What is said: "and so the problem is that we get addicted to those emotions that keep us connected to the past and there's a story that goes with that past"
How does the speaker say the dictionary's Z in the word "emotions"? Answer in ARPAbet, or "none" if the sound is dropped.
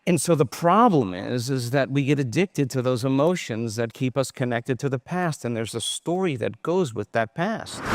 Z